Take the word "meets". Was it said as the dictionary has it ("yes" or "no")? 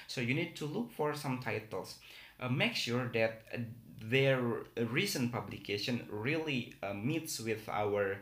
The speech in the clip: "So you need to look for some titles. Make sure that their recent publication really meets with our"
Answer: yes